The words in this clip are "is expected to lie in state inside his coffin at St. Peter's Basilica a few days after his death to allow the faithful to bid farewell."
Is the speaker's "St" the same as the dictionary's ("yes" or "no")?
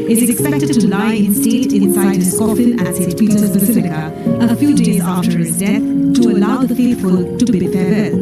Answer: no